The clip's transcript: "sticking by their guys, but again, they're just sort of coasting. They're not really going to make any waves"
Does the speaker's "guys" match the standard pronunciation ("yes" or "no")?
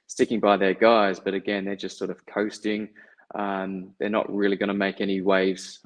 yes